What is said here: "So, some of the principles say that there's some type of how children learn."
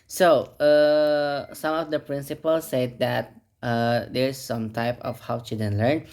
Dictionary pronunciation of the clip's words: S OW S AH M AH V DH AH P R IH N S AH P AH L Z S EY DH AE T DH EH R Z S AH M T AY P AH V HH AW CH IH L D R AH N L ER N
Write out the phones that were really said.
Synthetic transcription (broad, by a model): S OW S AH M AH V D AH P R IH N S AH P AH L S EY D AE T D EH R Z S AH M T AY P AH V HH AW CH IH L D AH N L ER N